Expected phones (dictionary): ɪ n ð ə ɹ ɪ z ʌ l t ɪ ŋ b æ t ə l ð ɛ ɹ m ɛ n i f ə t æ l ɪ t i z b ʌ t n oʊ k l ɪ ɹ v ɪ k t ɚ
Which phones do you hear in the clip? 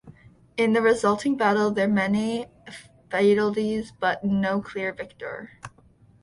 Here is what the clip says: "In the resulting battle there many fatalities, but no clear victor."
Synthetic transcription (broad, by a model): ɪ n ð ə ɹ ɪ z ʌ l t ɪ ŋ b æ t l ð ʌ ɹ m ɛ n i f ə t l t i z b ʌ t n oʊ k l ɪ ɹ v ɪ k t ɚ